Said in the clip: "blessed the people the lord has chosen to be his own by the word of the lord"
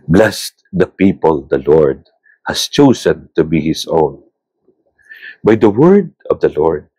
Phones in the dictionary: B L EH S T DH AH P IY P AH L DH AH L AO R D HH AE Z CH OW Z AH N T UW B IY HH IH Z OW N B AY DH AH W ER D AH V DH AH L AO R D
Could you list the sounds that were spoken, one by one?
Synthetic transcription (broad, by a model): B L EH S T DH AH P IY P AH L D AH L AO R D HH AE S CH OW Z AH N T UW B IY HH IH S OW N B AY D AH W ER D AH V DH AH L AO R D